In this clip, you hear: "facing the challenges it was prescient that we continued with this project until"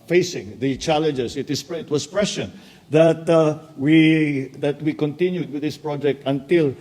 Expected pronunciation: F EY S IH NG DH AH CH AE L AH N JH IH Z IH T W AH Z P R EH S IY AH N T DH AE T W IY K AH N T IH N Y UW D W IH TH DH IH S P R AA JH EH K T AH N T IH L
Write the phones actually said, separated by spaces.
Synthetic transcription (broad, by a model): F EY S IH NG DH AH CH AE L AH N JH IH S IH T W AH S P R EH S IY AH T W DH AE T W IY K AH N T IH N Y UW D W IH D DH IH S P R AA JH EH K T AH N T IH L